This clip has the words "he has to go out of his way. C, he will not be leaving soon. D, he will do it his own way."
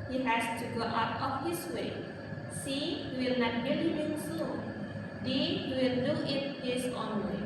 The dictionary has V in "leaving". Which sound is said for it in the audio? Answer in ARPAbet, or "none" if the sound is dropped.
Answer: B